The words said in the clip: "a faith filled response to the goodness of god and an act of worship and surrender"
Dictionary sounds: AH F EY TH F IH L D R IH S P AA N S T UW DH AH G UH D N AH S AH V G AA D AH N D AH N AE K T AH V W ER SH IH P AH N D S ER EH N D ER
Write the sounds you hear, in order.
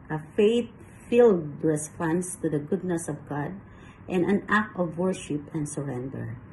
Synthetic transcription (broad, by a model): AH F EY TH F IH L D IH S F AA N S T UW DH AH G UH D N AH S AH V G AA D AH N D AH N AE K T AH V W ER SH IH P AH N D S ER EH N D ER